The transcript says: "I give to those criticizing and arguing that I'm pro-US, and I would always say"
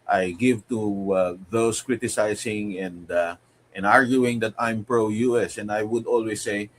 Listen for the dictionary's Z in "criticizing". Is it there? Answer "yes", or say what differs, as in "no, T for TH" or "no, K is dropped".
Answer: no, S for Z